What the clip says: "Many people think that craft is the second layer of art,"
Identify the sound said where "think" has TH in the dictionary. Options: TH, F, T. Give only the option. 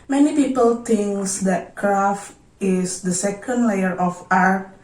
T